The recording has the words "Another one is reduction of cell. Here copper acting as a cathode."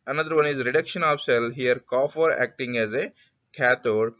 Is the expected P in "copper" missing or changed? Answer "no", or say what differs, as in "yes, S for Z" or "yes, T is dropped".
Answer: yes, F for P